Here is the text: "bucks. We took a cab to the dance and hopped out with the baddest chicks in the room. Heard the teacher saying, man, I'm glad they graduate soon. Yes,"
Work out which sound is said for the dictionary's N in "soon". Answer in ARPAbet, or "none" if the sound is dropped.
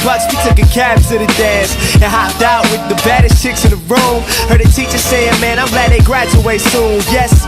L